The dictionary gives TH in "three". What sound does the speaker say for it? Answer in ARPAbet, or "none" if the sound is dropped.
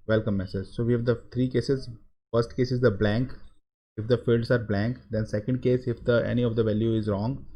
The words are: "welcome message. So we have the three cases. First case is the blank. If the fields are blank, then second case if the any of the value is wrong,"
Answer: T